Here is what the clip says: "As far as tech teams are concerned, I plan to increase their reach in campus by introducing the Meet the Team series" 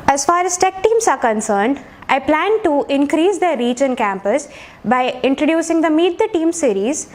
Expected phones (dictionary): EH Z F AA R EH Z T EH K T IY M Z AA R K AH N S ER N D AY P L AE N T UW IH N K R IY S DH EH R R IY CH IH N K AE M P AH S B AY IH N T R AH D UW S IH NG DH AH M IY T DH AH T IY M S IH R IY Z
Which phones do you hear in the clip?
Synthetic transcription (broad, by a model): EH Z F AA R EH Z T EH K T IY M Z AA R K AH N S ER N D AY P L AE N T UW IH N K R IY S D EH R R IY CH IH N K AE M P AH S B AY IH N T R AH D UW S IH NG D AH M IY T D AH T IY M S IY R IY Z